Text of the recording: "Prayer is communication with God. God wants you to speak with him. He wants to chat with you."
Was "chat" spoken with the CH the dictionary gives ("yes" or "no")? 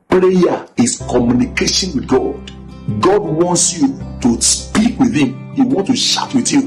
no